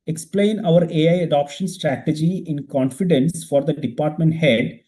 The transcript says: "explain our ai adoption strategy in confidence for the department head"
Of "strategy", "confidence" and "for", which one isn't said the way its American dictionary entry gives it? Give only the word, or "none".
none